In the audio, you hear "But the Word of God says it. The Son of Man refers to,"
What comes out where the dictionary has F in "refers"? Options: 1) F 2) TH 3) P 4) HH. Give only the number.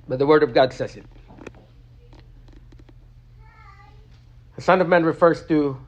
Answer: 1